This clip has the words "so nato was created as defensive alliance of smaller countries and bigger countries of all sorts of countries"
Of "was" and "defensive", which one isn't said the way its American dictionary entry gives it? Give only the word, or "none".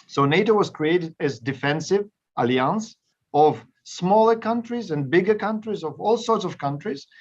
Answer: none